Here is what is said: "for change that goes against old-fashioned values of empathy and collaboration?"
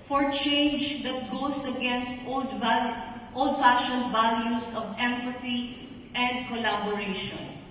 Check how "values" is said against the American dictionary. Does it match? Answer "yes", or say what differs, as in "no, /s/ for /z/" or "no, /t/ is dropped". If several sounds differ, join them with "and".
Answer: no, /s/ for /z/